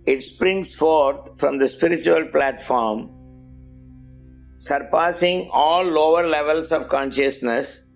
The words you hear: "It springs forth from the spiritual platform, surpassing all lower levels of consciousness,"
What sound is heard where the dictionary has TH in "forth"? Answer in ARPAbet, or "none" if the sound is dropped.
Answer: T